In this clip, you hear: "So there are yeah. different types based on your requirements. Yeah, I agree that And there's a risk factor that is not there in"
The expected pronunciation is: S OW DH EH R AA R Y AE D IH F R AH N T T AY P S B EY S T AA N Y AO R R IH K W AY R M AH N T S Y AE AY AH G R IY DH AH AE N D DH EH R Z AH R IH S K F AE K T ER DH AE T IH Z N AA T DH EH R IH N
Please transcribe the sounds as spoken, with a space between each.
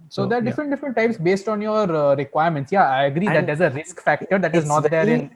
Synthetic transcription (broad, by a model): S OW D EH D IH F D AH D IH F R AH N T T AY P S B EY S T AA N Y AO R R IH K W AY R M AH N T S Y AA AY AH G R IY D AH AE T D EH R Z AH R IH S K F AE K T ER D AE T IH Z N AA T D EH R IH N